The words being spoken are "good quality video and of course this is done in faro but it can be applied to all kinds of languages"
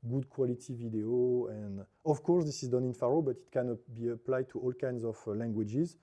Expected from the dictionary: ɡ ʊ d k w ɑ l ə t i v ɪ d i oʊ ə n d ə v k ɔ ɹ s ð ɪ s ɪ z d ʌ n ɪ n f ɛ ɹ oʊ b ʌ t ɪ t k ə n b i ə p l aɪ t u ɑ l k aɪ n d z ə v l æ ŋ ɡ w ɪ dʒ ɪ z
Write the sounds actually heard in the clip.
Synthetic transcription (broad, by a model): ɡ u d k w ɑ l ə t i v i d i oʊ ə n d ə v k ɔ ɹ s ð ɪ s ɪ z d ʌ n ɪ n f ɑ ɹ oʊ b ʌ t ɪ t k ə n b i ə p l aɪ t u ɑ l k aɪ n d z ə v l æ ŋ ɡ w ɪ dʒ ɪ z